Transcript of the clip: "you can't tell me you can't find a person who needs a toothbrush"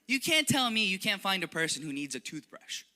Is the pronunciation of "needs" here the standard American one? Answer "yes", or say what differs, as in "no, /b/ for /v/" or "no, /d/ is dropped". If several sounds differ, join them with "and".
yes